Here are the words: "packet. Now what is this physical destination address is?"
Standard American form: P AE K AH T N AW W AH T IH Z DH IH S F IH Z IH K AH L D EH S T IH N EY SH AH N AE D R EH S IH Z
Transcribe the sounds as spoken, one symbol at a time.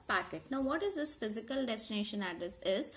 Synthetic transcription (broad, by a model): P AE K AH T N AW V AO T IH Z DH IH S F IH Z IH K AH L D EH S T IH N EY SH AH N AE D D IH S IH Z